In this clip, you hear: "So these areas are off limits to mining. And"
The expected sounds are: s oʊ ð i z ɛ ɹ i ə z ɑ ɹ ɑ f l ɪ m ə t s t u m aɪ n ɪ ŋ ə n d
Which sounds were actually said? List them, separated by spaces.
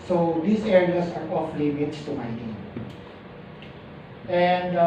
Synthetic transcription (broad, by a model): s oʊ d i s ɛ ɹ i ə s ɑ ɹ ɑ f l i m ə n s t u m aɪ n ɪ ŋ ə n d